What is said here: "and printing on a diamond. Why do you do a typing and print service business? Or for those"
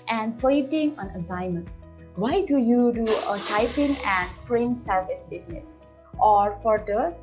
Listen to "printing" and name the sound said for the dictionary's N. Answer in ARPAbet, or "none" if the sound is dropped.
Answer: none